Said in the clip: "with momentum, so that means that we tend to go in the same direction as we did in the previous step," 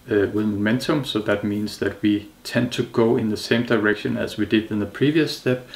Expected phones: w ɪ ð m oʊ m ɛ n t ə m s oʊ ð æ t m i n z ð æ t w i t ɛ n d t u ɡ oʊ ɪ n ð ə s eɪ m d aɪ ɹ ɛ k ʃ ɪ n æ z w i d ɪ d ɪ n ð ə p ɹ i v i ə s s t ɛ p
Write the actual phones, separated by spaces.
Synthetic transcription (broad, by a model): w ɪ ð m oʊ m ɛ n t ə m s oʊ ð æ t m i n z ð æ t w i t ɛ n d t u ɡ oʊ ɪ n ð ə s eɪ m d aɪ ɹ ɛ k ʃ ɪ n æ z w i d ɪ d ɪ n ð ə p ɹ i v i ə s s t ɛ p